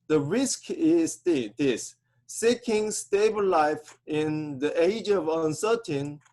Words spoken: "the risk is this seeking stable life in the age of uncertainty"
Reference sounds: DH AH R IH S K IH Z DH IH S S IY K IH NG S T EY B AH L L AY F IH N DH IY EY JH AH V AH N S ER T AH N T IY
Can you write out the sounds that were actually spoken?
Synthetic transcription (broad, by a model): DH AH R IH S K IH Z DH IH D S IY K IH NG S T EY B AH L L AY F IH N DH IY EY JH AH V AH N S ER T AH N